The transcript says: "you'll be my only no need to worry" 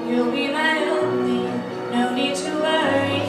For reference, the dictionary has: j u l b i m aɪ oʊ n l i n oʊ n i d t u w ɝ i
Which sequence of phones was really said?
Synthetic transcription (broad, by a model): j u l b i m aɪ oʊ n i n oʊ n i d t u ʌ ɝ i